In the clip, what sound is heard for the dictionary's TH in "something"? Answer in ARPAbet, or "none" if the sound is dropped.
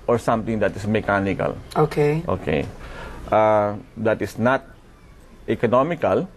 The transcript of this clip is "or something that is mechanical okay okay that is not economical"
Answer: T